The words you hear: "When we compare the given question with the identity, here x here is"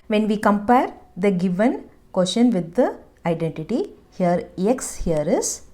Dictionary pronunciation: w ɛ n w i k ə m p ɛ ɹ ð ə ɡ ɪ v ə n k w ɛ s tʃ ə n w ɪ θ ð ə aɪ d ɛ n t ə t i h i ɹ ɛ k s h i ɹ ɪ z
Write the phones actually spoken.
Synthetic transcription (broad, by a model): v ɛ n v i k ə m p ɛ ɹ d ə ɡ ɪ v ə n k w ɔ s ʃ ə n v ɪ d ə aɪ d ɛ n t ə t i h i ɹ ɛ k s h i ɹ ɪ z